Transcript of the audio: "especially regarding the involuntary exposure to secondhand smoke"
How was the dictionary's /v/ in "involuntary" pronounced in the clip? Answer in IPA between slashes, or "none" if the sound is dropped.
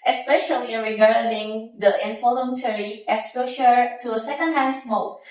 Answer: /f/